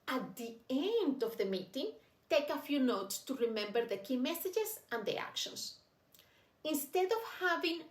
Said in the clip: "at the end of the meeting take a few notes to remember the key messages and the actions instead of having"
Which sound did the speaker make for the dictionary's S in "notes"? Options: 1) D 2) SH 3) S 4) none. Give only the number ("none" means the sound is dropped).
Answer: 3